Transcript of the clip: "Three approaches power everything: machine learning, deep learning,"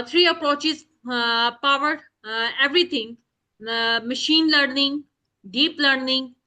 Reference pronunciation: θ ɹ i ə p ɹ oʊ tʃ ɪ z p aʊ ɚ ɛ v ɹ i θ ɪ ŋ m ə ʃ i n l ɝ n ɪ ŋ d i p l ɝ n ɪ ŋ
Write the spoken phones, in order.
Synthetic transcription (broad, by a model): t ɹ i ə p ɹ oʊ tʃ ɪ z p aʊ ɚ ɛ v ɹ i t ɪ ŋ m ə ʃ i n l ɝ n ɪ ŋ d i p l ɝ n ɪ ŋ